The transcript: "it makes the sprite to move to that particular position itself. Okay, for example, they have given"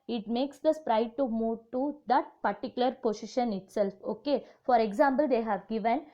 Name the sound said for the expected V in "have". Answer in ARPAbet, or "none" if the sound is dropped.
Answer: V